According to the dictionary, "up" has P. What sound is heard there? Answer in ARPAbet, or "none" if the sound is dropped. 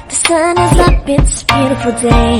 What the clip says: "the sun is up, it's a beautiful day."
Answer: B